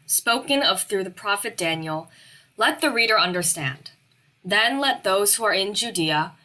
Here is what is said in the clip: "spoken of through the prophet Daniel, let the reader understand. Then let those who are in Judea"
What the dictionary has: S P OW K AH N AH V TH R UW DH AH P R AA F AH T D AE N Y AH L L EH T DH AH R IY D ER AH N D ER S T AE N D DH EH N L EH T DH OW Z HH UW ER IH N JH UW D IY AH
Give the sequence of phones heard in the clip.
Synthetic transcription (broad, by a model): S P OW K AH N AH V TH R UW DH AH P R AA F AH T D AE N Y L L EH T DH AH R IY D ER AH N D ER S T AE N D DH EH N L EH T DH OW Z HH UW ER IH N JH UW D IY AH